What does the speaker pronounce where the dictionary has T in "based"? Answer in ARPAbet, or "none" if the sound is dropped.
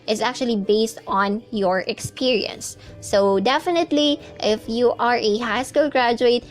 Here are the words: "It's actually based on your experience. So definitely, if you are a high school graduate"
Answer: T